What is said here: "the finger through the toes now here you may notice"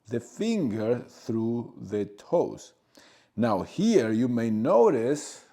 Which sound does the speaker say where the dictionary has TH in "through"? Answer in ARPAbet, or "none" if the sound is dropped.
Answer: TH